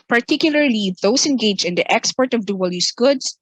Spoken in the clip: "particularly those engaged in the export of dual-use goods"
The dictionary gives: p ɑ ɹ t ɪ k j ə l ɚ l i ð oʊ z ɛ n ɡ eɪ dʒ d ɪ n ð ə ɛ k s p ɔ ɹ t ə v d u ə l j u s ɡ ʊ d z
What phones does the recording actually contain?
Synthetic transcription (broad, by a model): p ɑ ɹ t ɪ k j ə l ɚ l i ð oʊ s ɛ n ɡ eɪ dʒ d ɪ n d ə ɛ k s p ɔ ɹ t ə v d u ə l j u s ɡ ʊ d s